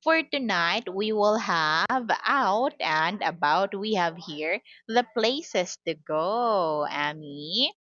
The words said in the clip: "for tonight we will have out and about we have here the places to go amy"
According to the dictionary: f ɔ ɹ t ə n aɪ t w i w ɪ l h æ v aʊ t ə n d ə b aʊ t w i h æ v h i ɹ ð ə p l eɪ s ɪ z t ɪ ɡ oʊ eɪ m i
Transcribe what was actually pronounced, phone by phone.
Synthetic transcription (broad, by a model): f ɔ ɹ t ə n aɪ t w i w ɪ l h æ v aʊ t ə n d ə b aʊ t w i h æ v h i ɹ ð ə p l eɪ s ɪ s t ɪ ɡ oʊ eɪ m i